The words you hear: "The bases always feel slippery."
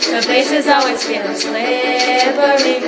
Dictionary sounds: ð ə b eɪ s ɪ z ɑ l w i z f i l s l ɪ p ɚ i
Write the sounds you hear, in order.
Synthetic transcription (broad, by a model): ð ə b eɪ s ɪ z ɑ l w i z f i n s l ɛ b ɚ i